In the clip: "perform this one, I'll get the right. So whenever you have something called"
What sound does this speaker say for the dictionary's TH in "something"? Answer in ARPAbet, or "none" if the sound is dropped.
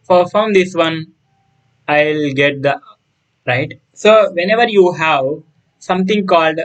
T